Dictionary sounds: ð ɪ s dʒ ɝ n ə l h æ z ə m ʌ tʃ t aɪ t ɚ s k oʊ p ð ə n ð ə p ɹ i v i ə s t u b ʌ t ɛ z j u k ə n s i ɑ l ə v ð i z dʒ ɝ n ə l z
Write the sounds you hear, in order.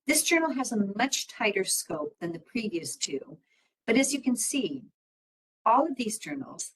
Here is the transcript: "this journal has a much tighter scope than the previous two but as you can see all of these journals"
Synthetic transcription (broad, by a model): ð ɪ s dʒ ɝ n l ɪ z ə m ʌ tʃ t aɪ t ɚ s k oʊ p ð ə n ð ə p ɹ i v i ə s t u b ʌ t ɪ z j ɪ k ə n s i ɑ l ə v ð i z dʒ ɝ n l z